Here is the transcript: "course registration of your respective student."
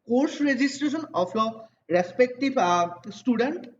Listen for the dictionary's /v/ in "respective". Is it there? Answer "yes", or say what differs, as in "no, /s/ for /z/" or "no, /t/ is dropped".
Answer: no, /b/ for /v/